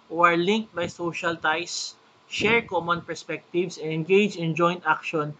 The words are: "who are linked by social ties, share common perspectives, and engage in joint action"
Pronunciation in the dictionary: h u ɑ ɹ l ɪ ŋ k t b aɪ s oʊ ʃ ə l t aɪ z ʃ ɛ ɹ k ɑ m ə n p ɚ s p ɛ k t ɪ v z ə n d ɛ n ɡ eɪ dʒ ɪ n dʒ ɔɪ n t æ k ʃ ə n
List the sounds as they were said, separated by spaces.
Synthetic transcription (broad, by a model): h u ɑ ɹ l ɪ ŋ k t b aɪ s oʊ ʃ ə l t aɪ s ʃ ɛ ɹ k ɑ m ə n p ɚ s p ɛ k t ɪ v s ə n ɛ n ɡ eɪ dʒ ɪ n dʒ ɔɪ n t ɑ k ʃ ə n